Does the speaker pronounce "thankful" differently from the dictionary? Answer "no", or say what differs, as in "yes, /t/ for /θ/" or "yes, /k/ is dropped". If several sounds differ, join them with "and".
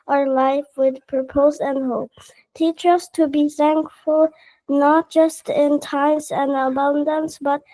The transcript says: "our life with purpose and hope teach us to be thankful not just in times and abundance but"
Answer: no